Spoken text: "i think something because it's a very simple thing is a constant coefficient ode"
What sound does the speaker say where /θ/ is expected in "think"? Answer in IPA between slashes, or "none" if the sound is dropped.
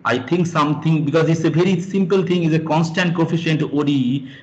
/t/